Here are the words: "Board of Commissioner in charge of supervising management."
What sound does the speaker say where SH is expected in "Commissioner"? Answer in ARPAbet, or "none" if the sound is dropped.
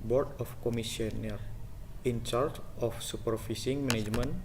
S